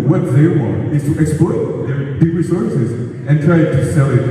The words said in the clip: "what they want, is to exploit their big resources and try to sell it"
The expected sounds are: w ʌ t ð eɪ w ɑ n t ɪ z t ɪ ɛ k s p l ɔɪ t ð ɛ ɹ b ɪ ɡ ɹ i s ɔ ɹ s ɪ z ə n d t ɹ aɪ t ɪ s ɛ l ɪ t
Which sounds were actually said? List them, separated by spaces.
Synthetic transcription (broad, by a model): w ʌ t ð eɪ w ɑ n t ɪ z t ɪ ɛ k s p l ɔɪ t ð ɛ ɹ b ɪ ɡ ɹ i s ɔ ɹ s ɪ z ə n t ɹ aɪ t ɪ s ɛ l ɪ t